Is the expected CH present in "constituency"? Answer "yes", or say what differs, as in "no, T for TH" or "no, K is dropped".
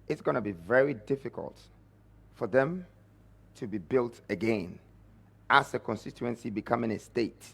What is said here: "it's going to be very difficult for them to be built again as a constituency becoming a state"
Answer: yes